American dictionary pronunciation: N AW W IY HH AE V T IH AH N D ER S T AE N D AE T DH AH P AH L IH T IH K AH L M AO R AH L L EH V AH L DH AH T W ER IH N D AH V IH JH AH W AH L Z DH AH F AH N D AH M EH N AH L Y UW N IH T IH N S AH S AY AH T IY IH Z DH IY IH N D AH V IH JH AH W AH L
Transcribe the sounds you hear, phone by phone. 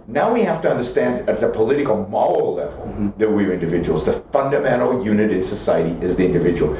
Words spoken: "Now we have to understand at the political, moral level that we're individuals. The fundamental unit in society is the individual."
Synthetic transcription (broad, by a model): N AW W IY HH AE F T IH AH N D ER S T AE N D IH T DH AH P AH L IH T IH K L M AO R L L EH V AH L DH AH T W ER IH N D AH V IH JH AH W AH L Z DH AH F AH N D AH M EH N L Y UW N IH T IH N S AH S AY AH T IY IH Z DH IY IH N D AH V IH JH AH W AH L